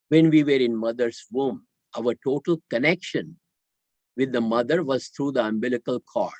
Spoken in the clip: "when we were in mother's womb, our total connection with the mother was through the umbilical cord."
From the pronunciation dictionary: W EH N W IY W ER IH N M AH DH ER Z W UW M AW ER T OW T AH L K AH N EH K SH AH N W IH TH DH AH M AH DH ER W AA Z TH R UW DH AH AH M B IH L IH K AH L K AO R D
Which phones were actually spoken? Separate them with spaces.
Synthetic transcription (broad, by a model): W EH N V IY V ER IH N M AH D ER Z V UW M AW ER T OW T AH L K AH N EH K SH AH N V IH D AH M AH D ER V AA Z T R UW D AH AH M B IH L IH K AH L K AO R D